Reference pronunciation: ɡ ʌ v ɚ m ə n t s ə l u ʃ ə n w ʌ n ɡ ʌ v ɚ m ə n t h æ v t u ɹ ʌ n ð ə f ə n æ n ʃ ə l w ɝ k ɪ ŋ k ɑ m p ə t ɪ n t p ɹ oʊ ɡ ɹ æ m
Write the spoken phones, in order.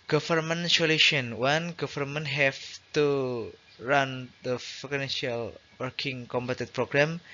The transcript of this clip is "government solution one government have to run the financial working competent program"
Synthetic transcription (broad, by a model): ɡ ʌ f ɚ m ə n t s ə l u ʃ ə n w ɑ n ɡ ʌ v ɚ m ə n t h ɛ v t u ɹ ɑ n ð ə f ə n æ n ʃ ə l w ɝ k ɪ ŋ k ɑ m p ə t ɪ t p ɹ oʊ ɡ ɹ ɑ m